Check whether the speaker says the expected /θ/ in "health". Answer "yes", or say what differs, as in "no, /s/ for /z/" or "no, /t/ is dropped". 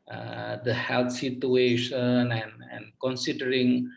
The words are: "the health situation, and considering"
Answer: no, /t/ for /θ/